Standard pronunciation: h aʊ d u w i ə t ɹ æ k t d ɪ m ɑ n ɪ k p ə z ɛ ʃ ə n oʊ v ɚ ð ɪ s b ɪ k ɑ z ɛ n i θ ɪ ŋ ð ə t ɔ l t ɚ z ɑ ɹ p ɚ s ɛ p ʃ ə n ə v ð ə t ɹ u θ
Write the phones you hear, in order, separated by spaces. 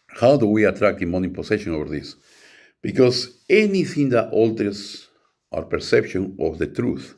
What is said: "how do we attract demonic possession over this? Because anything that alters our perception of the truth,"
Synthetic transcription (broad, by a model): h aʊ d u w i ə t ɹ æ k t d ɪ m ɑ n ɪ p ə s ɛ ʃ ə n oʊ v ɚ ð ɪ s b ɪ k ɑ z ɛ n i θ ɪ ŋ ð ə t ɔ l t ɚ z ɑ ɹ p ɚ s ɛ p ʃ ə n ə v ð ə t ɹ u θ